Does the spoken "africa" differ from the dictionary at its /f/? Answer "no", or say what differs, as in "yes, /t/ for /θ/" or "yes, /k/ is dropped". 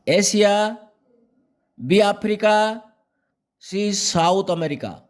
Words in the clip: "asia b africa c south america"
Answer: yes, /p/ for /f/